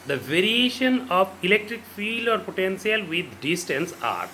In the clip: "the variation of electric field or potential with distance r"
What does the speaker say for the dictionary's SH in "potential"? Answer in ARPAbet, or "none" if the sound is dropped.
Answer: S